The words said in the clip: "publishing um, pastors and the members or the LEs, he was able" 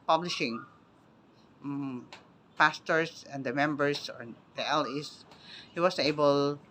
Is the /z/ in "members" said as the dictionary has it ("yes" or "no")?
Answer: no